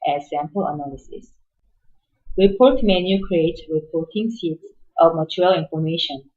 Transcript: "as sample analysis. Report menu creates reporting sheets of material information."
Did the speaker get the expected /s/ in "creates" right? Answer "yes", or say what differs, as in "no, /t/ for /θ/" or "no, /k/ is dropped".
no, /s/ is dropped